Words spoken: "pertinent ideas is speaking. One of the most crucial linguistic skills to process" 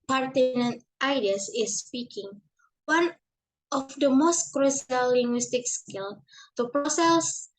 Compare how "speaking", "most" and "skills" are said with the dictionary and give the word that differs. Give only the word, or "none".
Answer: skills